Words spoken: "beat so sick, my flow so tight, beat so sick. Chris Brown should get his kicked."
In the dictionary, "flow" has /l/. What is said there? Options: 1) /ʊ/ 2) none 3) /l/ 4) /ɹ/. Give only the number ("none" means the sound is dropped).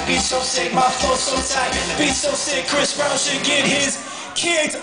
2